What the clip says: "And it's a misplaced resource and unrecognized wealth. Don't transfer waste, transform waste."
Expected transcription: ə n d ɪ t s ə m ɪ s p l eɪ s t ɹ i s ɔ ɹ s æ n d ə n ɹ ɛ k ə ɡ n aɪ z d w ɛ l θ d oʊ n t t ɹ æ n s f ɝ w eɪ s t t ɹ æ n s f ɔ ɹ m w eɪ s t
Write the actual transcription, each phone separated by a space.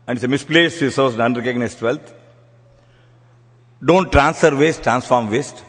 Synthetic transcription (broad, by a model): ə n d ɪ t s ə m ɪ s p l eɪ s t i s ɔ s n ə n ɹ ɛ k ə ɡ n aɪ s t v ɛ l t d oʊ n t t ɹ æ n s f ɝ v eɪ s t t ɹ æ n s f ɔ ɹ m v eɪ s t